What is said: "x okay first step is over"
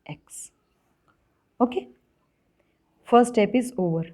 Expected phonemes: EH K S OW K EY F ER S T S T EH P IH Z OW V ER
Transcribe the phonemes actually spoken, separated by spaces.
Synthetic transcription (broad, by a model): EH K S OW K EY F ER T S T EH P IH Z OW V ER